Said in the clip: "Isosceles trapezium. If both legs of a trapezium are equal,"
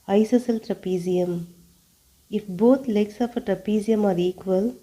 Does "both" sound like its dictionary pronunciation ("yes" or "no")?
no